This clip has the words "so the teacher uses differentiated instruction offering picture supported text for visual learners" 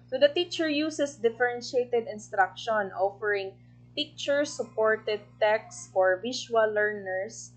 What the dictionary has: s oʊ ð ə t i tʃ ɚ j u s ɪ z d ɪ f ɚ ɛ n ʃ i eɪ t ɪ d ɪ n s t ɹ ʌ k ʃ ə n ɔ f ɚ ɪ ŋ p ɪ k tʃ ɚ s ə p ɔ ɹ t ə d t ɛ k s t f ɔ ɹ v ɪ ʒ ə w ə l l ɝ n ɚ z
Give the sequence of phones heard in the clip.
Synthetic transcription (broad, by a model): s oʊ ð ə t i tʃ ɚ j u s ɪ s d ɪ f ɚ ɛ n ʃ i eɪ t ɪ d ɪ n s t ɹ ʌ k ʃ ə n ɔ f ɚ ɪ ŋ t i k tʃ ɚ s ə p ɔ ɹ t ə d t ɛ k s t f ɔ ɹ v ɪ ʃ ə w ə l l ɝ n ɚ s